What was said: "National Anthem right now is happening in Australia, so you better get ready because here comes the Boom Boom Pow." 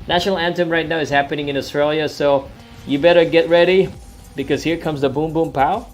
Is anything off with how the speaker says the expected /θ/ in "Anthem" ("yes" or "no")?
yes